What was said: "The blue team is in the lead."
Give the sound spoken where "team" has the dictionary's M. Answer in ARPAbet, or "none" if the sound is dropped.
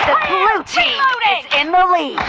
none